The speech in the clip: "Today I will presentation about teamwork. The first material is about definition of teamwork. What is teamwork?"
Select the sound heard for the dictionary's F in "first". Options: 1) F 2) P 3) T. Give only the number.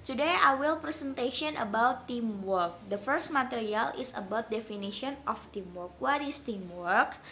1